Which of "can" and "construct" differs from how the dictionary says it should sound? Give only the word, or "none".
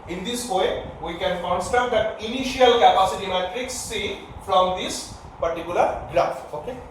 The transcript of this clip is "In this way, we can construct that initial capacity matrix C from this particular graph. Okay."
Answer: construct